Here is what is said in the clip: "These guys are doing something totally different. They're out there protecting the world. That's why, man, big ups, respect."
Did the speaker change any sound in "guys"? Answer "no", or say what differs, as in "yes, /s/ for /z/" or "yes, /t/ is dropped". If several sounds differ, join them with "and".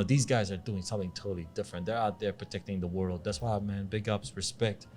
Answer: no